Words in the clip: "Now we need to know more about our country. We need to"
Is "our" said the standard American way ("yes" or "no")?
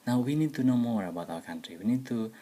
no